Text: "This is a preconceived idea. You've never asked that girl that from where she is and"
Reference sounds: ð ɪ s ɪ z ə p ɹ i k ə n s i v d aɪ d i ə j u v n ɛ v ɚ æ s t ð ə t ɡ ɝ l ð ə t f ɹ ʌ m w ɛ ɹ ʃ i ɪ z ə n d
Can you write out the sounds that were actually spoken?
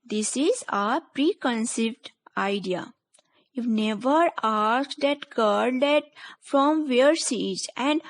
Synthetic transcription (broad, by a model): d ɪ s ɪ z ə p ɹ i k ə n s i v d aɪ d i ə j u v n ɛ v ɚ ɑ s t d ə t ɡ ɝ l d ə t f ɹ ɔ m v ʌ ɹ s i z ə n d